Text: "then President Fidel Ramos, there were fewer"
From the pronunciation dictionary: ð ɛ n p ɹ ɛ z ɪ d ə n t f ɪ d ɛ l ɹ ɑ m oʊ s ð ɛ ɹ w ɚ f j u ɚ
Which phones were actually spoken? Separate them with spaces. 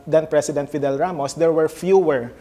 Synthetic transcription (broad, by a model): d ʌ n p ɹ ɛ s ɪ d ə n t f ɪ d ɛ l ɹ ɑ m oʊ s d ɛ ɹ w ɚ f j u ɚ